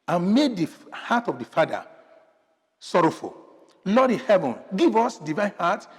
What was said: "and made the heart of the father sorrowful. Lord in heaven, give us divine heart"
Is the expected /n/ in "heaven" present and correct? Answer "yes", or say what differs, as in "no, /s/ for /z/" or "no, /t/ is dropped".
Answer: yes